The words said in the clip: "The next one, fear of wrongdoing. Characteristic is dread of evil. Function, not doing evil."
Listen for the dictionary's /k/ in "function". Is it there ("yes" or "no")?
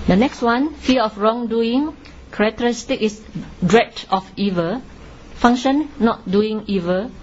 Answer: no